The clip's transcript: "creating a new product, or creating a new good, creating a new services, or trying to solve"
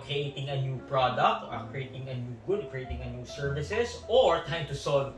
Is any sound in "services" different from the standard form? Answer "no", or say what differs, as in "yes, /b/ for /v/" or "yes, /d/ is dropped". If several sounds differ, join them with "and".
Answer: yes, /s/ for /z/